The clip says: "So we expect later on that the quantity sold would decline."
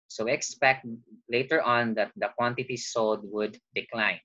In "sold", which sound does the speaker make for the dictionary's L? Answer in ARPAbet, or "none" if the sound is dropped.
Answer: L